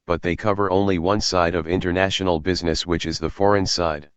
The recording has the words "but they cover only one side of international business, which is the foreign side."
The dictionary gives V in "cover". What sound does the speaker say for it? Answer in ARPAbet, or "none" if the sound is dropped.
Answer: V